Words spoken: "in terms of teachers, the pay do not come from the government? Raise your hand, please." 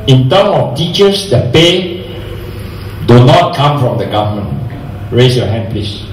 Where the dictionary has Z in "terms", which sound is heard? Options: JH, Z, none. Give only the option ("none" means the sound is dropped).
none